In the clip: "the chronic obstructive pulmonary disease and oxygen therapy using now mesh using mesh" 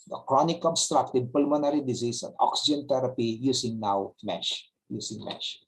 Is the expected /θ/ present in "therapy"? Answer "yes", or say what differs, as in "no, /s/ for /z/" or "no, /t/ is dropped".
no, /t/ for /θ/